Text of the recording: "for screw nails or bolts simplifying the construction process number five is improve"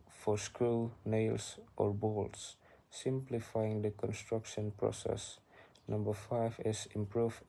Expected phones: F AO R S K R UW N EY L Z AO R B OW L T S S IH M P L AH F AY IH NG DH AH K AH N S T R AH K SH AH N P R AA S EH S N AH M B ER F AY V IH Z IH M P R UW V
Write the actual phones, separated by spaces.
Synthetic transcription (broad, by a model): F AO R S K R UW N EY L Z AO R B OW L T S S IH M P L AH F AY IH NG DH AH K AH N S T R AH K SH AH N P R AA S EH S N AH M B ER F AY V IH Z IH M P R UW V